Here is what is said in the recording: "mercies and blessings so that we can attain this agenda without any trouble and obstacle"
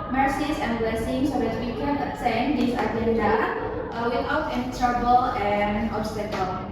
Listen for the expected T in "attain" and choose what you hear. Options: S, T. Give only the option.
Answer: S